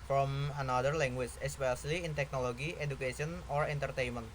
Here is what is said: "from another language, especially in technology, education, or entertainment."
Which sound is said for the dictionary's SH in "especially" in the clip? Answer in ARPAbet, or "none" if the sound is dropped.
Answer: S